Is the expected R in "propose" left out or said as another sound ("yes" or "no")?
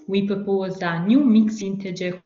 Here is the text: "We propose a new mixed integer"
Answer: yes